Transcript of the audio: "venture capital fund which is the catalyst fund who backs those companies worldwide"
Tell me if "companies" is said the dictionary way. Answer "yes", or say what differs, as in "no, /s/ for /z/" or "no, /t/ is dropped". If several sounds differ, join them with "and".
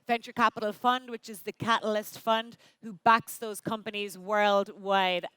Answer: yes